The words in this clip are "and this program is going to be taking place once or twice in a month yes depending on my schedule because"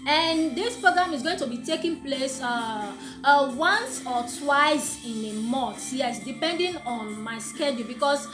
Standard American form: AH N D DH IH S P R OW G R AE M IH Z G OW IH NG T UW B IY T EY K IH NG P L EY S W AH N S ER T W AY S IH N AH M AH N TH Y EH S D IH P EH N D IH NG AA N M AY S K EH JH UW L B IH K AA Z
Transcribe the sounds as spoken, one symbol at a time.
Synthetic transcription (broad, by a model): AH N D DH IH S P R OW G R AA M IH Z G OW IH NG T UW B IY T EY K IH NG P L EY S W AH N S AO T W AY S IH N AH M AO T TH Y EH S D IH P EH N D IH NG AA N M AY S K EH JH UW L B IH K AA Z